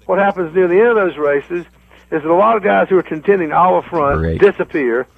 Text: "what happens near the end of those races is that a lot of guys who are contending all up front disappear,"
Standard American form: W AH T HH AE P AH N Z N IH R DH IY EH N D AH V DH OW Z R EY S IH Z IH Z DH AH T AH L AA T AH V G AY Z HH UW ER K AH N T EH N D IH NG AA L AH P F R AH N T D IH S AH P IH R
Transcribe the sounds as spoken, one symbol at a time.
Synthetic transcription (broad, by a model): W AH T HH AE P AH N Z N IH R DH IY EH N D AH V DH OW Z R EY S IH Z IH Z DH AH T AH L AA T AH V G AY Z HH UW ER K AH N T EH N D IH NG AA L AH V F R AH N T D IH S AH P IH R